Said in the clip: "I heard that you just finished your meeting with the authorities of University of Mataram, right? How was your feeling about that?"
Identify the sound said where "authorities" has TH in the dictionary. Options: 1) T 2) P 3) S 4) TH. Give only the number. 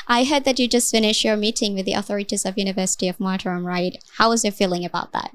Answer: 4